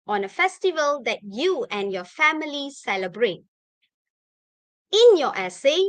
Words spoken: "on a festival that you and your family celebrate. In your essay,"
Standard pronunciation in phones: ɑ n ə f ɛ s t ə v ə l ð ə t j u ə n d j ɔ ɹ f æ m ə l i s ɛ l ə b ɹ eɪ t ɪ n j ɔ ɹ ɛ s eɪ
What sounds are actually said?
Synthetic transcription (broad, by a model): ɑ n ə f ɛ s t ə v ə l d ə t j u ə n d j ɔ f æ m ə l i s ɛ l ə b ɹ eɪ t ɪ n j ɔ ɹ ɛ s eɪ